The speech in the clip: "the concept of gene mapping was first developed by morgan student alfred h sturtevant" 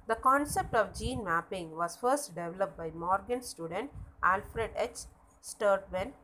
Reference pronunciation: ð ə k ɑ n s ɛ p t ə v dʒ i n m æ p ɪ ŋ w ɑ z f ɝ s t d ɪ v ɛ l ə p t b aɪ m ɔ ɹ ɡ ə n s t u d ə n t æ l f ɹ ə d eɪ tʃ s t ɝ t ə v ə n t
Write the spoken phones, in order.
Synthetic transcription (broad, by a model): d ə k ɑ n s ɛ p t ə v dʒ i n m æ p ɪ ŋ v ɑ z f ɝ s t d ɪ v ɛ l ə p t b aɪ m ɔ ɹ ɡ ə n s t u d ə n t æ l f ɹ ə d eɪ tʃ s t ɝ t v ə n